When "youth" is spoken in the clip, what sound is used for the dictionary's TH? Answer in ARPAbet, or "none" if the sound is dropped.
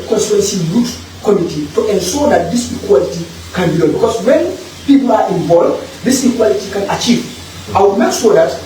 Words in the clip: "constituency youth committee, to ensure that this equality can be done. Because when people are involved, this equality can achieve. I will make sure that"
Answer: S